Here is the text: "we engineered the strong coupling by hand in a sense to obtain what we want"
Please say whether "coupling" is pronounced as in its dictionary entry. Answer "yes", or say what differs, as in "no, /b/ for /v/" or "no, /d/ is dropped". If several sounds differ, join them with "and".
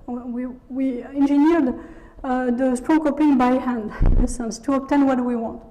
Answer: no, /l/ is dropped